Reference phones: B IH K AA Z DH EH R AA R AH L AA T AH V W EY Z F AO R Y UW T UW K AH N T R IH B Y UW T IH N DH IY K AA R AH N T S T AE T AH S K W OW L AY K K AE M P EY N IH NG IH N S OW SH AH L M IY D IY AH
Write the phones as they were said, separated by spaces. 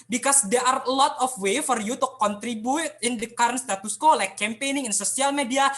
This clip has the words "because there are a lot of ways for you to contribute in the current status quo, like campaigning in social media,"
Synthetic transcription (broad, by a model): B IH K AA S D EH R AA R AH L AA T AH F W EY F AO R Y UW T UW K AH N T R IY B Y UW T IH N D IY K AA R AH N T S T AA T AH S K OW L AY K K AE M P EY N IH NG IH N S OW S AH L M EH D IY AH